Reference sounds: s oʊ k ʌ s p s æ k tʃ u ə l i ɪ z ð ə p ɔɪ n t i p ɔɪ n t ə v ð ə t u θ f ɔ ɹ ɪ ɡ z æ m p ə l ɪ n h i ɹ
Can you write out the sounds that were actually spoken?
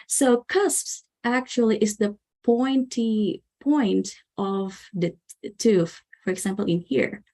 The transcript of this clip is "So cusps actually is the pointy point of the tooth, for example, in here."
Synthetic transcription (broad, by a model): s oʊ k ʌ s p s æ k tʃ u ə l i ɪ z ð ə p ɔɪ n t i p ɔɪ n t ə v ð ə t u f f ɔ ɹ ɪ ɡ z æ m p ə l ɪ n h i ɹ